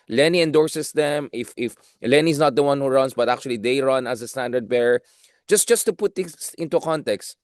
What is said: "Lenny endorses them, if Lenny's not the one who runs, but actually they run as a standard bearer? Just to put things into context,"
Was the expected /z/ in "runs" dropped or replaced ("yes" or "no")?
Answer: yes